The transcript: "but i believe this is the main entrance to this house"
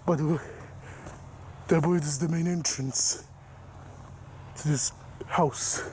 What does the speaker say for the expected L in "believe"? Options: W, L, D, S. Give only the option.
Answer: W